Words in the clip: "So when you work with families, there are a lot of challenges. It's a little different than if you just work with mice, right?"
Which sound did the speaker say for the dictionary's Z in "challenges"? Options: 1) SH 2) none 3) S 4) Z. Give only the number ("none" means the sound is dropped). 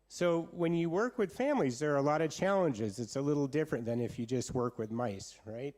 4